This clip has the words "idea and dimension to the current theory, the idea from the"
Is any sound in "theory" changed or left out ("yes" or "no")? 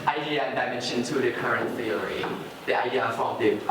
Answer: yes